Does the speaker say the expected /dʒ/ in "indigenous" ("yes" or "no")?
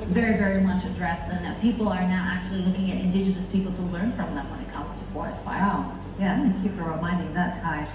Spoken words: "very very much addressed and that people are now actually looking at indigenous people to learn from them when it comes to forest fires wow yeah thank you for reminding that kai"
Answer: yes